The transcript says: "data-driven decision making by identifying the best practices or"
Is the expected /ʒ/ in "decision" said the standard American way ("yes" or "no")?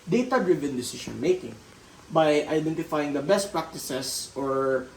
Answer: no